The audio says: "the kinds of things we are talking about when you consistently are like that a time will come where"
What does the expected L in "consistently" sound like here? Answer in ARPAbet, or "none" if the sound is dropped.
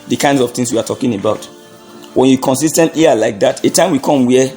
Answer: none